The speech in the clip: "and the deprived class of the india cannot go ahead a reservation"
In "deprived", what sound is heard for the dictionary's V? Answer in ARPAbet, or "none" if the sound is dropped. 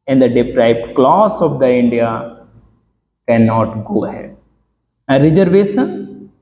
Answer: B